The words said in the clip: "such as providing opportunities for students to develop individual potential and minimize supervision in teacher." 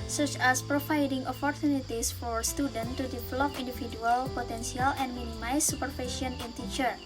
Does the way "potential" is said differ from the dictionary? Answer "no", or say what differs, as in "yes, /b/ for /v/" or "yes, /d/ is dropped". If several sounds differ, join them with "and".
yes, /s/ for /ʃ/